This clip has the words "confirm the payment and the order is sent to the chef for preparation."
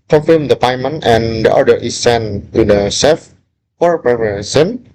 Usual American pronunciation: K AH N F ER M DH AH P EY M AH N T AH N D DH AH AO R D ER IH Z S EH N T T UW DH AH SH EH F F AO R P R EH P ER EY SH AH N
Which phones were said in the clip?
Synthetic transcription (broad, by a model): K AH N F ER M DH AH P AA M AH N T AH N D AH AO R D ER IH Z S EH N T T UW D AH S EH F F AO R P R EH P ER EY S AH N